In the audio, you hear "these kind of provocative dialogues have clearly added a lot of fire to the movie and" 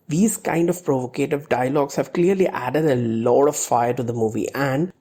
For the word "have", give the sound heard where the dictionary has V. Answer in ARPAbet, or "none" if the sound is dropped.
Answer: V